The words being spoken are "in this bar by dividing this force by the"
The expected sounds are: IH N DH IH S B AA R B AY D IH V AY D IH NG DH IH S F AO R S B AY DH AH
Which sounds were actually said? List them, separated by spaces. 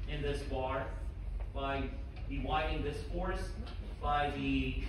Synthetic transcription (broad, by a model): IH N DH IH S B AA R B AY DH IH W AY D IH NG DH IH S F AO R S B AY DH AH